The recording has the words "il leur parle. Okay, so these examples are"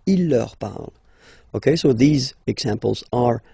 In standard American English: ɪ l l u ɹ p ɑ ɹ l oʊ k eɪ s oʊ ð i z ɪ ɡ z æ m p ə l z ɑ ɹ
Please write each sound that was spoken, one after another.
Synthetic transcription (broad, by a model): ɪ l l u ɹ p ɑ ɹ l oʊ k eɪ s oʊ ð i z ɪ ɡ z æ m p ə l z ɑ ɹ